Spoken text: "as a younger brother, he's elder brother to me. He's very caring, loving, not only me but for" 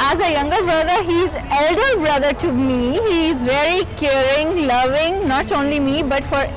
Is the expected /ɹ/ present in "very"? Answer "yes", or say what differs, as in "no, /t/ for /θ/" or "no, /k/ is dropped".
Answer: yes